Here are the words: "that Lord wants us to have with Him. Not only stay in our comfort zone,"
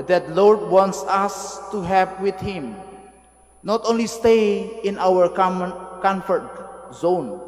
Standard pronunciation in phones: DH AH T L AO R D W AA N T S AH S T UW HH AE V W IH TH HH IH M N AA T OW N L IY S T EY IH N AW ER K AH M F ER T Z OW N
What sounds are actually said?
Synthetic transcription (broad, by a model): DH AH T L AO R D W AA N T S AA S T UW HH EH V W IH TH HH IH M N AA T OW N L IY S T EY IH N AW ER K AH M F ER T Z OW N